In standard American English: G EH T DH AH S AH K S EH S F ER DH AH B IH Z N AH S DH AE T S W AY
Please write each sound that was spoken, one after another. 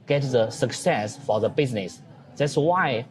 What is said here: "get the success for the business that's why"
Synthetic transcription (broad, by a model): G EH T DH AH S AH K S EH S F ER DH AH B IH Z N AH S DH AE T S W AY